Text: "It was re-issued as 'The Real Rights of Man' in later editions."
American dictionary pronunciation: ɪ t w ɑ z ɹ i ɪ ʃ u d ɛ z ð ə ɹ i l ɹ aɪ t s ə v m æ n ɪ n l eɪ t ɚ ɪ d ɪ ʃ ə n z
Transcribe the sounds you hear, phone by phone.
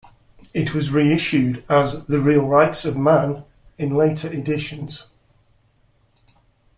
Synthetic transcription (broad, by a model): ɪ t w ɑ z ɹ i ɪ ʃ u d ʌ z ð ə ɹ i l ɹ aɪ t s ə v m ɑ n ɪ n l eɪ t ɚ ɪ d ɪ ʃ ə n z